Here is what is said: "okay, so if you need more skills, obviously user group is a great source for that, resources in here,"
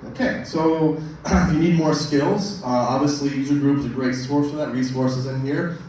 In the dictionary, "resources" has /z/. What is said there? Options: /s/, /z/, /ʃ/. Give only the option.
/z/